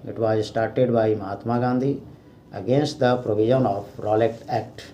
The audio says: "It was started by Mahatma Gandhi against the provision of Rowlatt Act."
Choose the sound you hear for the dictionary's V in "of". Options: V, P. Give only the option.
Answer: P